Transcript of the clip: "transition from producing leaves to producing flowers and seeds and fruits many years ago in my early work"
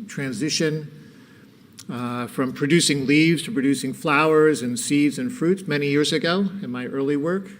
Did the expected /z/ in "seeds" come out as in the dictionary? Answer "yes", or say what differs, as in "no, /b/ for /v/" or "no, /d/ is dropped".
yes